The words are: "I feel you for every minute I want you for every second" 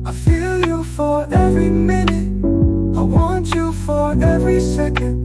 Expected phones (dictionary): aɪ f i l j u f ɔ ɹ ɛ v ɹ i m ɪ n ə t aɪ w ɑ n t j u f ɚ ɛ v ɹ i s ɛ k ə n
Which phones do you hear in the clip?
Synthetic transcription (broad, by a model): aɪ f i l j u f ɔ ɹ ɛ v ɹ i m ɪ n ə aɪ w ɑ n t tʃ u f ɚ ɛ v ɹ i s ɛ k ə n